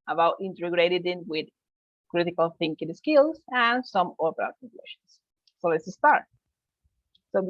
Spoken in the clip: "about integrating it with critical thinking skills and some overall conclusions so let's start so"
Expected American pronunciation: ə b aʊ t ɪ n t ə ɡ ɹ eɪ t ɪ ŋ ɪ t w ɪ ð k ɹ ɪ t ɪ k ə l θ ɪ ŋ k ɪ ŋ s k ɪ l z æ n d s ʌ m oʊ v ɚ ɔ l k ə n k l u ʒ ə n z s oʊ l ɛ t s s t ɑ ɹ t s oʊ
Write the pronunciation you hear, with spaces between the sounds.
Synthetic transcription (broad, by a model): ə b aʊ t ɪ n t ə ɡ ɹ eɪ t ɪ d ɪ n w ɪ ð k ɹ ɪ t ɪ k ə l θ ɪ ŋ k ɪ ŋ s k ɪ l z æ n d s ʌ m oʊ p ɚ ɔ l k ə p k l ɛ ʃ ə n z s oʊ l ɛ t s s t ɑ ɹ t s oʊ